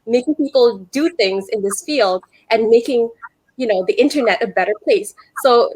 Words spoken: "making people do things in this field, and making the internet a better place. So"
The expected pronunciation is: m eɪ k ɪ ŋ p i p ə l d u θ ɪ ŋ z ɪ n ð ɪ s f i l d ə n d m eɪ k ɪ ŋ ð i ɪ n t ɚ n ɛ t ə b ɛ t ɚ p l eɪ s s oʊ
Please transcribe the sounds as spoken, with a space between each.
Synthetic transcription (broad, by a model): m eɪ k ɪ ŋ p i p l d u θ ɪ ŋ z ɪ n ð ɪ s f i l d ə n m eɪ k ɪ ŋ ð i ɪ n t ɚ n ɛ t ə b ɛ t ɚ p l eɪ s s oʊ